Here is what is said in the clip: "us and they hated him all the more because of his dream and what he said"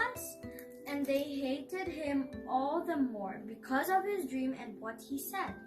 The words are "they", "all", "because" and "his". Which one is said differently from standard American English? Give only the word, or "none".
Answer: none